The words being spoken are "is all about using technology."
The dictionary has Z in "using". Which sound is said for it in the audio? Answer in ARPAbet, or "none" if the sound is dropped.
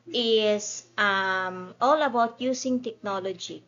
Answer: S